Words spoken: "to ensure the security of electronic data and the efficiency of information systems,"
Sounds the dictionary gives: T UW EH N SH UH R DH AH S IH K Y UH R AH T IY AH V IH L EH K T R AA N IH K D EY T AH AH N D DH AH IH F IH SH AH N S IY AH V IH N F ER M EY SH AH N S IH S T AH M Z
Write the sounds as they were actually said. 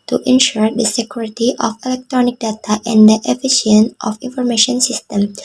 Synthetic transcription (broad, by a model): T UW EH N SH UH R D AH S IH K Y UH R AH T IY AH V IH L EH K T R AA N IH K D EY T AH AH N D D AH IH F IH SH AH N IY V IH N F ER M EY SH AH N S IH S T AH M